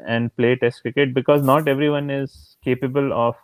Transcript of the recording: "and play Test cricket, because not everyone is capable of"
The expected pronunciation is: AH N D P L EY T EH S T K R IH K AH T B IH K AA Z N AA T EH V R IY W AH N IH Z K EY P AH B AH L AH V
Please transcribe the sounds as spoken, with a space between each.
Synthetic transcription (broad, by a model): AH N D P L EY T EH S T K IH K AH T B IH K AA Z N AA T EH V R IY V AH N IH Z K EY P AH B AH L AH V